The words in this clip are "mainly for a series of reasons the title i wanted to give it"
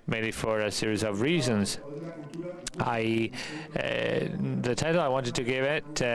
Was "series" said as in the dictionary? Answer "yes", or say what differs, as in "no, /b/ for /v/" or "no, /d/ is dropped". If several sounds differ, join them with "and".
yes